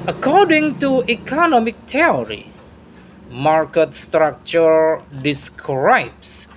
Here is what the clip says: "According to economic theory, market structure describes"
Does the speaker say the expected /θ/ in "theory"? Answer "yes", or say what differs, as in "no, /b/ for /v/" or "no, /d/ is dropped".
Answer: no, /t/ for /θ/